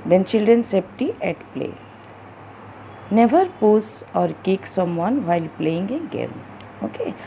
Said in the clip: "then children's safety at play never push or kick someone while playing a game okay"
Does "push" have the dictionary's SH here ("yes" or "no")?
no